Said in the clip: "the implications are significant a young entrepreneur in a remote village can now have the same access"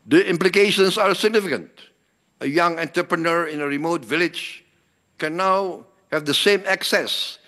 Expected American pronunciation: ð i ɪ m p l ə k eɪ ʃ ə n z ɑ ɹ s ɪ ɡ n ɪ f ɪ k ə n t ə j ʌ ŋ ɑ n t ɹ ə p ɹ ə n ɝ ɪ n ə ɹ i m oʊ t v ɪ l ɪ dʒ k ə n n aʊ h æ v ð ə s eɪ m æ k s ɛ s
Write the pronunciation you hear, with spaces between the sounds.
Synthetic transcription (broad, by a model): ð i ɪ m p l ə k eɪ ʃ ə n s ɑ ɹ s ɪ ɡ n ɪ f ɪ k ə n t ə j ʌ ŋ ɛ n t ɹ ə p ɹ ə n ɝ ɪ n ə ɹ i m oʊ t v ɪ l ɪ dʒ k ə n n aʊ h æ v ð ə s eɪ m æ k s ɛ s